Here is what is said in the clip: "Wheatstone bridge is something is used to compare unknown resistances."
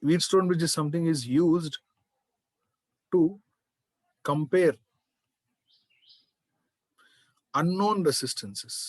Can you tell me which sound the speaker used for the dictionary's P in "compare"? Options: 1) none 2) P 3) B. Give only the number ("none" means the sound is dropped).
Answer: 2